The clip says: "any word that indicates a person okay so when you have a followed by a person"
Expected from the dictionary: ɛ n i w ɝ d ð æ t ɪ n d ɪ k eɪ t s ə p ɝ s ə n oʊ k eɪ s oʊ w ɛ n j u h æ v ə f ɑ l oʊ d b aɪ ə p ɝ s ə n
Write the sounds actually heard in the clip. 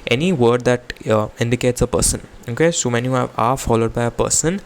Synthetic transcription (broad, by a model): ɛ n i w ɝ d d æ t ɪ n d ɪ k eɪ t s ə p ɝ s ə n oʊ k eɪ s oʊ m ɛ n j u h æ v ə f ɑ l oʊ d b aɪ ə p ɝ s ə n